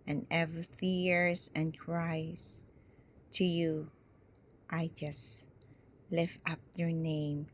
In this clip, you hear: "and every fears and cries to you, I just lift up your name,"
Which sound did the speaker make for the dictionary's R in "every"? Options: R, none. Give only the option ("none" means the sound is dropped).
none